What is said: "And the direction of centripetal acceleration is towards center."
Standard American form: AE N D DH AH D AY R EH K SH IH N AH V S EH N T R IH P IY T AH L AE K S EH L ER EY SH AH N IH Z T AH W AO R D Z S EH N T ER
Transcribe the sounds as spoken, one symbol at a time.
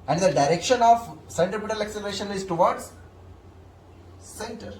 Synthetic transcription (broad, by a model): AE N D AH D AY R EH K SH IH N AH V S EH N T IH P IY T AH L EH K S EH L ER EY SH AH N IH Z T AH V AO R D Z S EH N T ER